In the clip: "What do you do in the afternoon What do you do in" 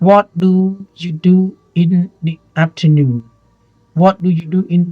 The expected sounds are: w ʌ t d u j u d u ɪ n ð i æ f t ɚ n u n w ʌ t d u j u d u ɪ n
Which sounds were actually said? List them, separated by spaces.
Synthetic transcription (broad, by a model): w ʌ t d u j u d u ɪ n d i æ p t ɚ n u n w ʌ t d u j u d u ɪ n